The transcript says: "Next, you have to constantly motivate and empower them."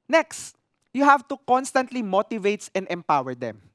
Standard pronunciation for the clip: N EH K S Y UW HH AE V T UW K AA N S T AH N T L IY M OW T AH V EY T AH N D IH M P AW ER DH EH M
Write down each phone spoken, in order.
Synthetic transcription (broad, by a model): N EH K S Y UW HH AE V T UW K AA N S T AH N T L IY M OW T AH V EY T AH N D IH M P AW ER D EH M